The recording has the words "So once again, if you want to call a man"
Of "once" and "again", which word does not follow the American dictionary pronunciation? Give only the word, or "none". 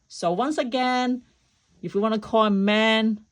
none